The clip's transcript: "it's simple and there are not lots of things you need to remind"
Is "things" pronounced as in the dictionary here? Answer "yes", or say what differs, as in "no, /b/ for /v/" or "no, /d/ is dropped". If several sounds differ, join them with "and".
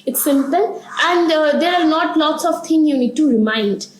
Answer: no, /t/ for /θ/